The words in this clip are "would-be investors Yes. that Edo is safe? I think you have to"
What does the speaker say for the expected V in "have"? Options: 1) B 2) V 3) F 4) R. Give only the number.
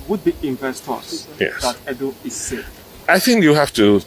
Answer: 3